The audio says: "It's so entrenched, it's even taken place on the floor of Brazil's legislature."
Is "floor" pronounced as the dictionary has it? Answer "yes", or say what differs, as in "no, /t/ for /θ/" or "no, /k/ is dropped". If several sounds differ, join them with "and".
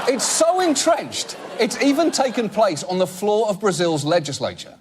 yes